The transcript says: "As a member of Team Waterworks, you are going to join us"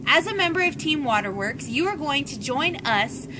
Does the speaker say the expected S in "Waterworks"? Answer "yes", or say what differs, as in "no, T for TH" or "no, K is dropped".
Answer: yes